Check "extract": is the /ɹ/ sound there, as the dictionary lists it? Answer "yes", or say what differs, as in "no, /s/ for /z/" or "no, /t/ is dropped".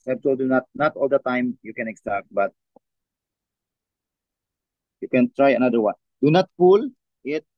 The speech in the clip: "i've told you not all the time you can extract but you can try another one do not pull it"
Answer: no, /ɹ/ is dropped